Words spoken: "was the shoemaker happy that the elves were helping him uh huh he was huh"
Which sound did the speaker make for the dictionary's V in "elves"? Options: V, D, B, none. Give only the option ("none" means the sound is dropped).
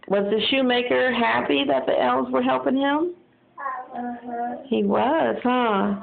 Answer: none